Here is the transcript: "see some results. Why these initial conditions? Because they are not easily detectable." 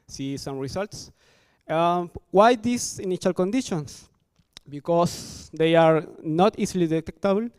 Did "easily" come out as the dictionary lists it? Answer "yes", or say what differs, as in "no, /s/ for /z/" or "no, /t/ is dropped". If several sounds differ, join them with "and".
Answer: no, /s/ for /z/